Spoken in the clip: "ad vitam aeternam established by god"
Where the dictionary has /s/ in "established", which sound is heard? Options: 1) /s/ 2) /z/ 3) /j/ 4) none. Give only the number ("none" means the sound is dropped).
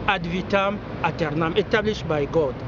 4